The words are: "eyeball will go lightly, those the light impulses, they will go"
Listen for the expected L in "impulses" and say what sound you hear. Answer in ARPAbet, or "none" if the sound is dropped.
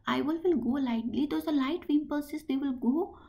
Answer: none